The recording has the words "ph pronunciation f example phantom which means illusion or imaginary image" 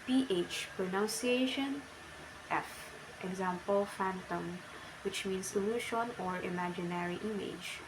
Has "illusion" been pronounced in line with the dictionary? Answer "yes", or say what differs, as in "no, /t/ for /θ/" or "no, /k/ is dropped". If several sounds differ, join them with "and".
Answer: no, /ʃ/ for /ʒ/